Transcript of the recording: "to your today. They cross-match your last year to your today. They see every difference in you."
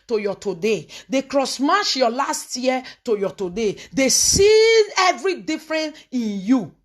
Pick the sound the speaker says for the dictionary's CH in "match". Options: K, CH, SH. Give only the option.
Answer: SH